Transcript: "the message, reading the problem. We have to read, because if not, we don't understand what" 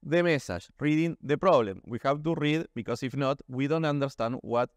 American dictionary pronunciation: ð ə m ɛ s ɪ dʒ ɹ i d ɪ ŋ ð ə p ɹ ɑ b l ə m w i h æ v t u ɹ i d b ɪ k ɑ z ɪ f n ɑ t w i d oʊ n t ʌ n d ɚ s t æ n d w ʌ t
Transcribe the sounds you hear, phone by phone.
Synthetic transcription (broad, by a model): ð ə m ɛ s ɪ ʃ ɹ i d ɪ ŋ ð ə p ɹ ɑ b l ə m w i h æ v t u ɹ i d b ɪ k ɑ s ɪ f n ɑ t w i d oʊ n t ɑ n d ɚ s t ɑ n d w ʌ t